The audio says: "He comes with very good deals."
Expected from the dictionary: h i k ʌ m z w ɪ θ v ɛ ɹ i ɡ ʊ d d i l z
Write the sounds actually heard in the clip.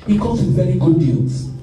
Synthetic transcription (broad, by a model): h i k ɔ z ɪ v ɛ ɹ i ɡ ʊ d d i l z